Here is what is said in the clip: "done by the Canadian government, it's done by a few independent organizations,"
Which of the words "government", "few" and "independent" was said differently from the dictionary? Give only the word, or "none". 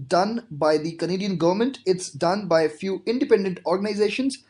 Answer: none